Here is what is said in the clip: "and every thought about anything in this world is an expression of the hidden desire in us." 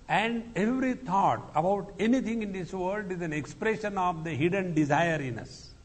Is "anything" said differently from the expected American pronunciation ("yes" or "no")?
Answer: yes